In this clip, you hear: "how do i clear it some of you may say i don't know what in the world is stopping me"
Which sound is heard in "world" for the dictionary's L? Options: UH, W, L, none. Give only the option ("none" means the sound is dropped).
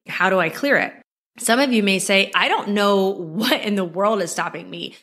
L